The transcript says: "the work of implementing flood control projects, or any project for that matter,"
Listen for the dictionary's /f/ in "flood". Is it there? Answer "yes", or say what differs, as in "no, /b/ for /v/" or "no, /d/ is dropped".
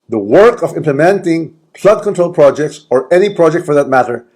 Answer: no, /p/ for /f/